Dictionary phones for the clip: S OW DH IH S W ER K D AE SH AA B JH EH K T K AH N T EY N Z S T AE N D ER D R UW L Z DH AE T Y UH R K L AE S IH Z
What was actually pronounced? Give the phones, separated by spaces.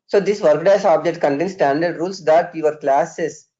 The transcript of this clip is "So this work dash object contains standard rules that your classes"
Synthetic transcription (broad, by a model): S OW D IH S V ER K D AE S AA B JH EH K T K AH N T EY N S T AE N D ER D R UW L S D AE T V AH R K L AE S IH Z